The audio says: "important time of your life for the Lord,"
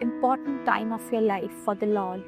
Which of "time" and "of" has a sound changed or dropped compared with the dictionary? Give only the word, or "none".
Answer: of